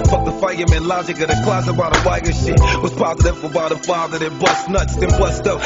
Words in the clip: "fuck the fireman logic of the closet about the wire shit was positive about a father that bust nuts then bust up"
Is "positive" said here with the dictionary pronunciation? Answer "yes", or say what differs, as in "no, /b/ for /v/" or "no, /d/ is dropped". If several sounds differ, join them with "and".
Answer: no, /f/ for /v/